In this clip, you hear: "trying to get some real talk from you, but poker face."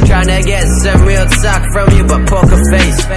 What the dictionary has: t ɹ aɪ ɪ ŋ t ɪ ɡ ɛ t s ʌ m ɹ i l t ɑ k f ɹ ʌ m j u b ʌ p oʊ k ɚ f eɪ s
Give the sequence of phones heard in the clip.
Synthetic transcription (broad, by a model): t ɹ aɪ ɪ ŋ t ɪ ɡ ɛ t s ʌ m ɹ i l s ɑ k f ɹ ʌ m j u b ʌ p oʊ k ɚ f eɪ s